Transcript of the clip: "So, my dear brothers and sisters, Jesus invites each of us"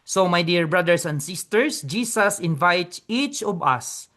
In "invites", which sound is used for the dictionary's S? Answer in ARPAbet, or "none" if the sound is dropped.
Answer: none